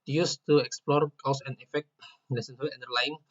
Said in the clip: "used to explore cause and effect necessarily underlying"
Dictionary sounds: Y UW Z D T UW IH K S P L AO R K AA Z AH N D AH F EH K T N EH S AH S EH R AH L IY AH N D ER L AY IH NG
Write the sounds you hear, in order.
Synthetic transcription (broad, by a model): Y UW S T UW IH K S P L AO R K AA S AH N AH F EH K T L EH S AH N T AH IY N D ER L AY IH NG